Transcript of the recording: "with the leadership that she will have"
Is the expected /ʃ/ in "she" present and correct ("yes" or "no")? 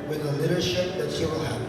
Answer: no